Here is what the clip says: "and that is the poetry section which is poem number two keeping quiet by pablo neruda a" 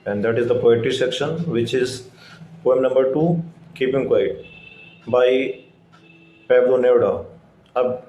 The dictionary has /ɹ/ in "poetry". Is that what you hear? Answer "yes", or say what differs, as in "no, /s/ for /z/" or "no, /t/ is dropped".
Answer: no, /ɹ/ is dropped